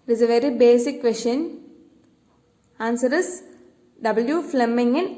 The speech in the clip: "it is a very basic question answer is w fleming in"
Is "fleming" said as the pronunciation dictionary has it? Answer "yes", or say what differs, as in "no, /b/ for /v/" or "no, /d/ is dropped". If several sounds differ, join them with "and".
yes